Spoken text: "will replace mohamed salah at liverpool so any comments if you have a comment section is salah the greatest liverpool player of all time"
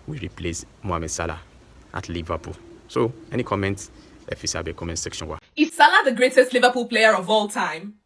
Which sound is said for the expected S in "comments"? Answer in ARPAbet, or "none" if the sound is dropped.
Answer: none